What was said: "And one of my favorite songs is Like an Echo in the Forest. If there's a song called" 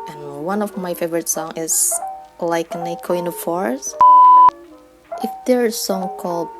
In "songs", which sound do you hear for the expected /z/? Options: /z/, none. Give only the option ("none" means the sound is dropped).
none